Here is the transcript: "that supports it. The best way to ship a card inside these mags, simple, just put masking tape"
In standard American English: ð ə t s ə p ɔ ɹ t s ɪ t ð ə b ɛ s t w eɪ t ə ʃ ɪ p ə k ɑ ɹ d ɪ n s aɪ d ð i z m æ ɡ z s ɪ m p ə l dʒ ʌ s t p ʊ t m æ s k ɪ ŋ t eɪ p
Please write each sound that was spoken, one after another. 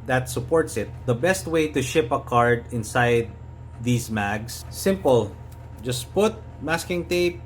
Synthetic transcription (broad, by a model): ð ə t s ə p ɔ ɹ t s ɪ t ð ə b ɛ s t w eɪ t ə ʃ ɪ p ə k ɑ ɹ d ɪ n s aɪ d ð i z m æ ɡ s s ɪ m p ə l dʒ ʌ s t p ʊ t m æ s k ɪ ŋ t eɪ p